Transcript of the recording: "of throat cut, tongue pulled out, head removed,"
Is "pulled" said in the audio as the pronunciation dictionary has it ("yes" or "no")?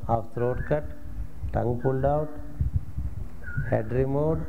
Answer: no